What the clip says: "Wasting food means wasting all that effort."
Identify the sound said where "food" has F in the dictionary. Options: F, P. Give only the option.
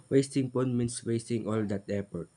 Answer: P